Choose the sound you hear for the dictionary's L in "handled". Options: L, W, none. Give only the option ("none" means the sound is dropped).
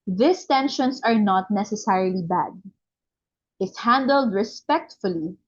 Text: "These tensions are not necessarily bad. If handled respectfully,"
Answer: L